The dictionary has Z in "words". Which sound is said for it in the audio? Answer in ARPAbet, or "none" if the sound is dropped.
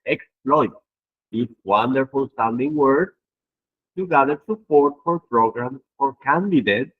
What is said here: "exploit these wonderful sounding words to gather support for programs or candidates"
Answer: none